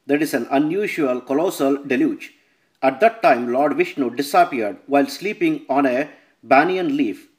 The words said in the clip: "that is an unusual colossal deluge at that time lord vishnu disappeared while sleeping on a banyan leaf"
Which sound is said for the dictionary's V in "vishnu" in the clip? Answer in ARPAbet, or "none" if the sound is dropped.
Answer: V